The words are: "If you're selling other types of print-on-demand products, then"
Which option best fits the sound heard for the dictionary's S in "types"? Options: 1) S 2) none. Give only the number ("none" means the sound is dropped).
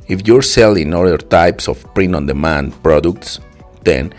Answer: 1